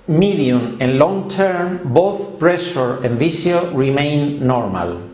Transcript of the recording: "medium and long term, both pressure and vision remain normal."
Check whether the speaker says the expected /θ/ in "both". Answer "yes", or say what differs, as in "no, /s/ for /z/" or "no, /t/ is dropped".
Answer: yes